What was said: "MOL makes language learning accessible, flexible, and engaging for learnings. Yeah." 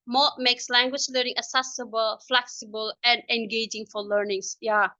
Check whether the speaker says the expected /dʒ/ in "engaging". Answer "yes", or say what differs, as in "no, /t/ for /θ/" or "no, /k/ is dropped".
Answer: yes